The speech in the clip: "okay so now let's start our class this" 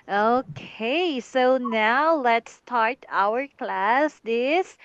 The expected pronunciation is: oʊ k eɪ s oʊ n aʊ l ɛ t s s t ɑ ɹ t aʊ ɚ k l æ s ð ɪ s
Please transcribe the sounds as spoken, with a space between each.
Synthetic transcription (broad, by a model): oʊ k eɪ s oʊ n aʊ l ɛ t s s t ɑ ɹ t aʊ ɚ k l æ s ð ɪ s